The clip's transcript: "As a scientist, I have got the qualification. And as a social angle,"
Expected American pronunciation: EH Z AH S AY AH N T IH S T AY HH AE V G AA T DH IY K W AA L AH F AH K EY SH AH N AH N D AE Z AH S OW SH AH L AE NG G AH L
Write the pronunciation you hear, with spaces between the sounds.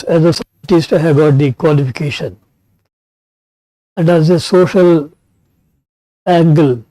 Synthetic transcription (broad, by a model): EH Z AH S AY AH T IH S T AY HH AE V G AA T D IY K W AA L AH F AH K EY SH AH N AH N D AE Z AH S OW SH AH L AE NG G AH L